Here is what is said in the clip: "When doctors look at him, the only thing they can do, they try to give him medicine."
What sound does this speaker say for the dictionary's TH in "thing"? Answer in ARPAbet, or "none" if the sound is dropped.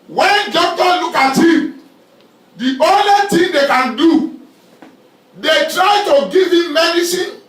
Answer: T